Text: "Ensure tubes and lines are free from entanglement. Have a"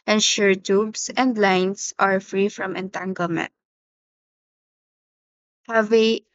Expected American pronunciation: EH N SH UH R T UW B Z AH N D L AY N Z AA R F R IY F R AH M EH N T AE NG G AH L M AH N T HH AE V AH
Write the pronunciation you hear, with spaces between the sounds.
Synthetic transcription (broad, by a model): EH N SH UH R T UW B S AH N D L AY N S AA R F R IY F R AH M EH N T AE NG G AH L M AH N T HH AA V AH